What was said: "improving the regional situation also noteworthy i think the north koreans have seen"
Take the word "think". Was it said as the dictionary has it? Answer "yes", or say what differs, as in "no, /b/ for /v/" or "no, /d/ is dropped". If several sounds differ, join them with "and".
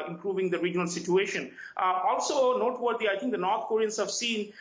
no, /t/ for /θ/